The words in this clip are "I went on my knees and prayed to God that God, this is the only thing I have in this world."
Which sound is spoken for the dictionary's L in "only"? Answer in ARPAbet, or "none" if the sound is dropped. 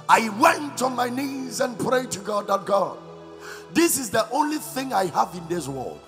L